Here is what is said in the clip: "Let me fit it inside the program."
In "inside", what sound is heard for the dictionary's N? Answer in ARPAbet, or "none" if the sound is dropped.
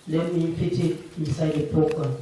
none